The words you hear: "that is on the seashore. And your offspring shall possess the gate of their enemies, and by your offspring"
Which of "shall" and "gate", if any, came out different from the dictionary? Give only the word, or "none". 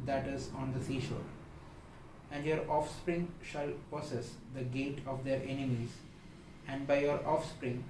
none